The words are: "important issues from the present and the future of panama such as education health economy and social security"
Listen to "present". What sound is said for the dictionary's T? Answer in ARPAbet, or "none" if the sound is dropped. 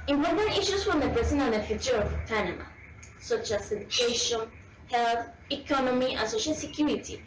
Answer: none